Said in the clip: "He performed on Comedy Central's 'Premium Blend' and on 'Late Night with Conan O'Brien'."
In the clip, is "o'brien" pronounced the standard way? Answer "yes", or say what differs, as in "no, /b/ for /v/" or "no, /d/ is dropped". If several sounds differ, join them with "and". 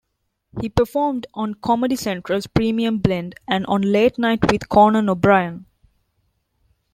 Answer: yes